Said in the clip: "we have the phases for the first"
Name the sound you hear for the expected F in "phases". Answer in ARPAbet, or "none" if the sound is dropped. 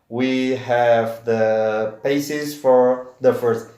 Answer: P